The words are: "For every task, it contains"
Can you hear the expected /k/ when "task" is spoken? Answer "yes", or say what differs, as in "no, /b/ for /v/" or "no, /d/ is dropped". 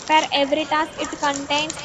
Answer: no, /k/ is dropped